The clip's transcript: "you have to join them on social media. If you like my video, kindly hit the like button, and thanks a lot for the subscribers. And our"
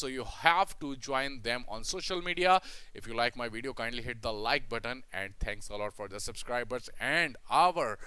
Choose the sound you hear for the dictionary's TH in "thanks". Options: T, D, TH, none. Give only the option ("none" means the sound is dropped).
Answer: T